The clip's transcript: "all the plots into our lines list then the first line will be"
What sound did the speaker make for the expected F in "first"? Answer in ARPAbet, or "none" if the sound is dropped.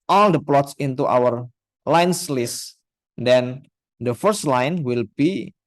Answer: F